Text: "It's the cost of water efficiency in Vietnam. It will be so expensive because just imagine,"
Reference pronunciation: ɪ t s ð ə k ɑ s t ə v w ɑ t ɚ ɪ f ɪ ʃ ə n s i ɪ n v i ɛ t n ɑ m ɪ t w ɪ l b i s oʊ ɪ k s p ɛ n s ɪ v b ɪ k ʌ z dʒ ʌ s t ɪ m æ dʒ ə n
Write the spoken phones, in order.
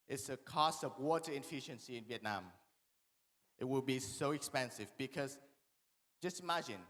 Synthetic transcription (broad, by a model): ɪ t s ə k ɑ s t ə v w ɑ t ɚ ɪ f ɪ ʃ ə n s i ɪ n v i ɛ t n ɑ m ɪ t w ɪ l b i s oʊ ɪ k s p ɛ n s ɪ v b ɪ k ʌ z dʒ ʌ s t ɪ m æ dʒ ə n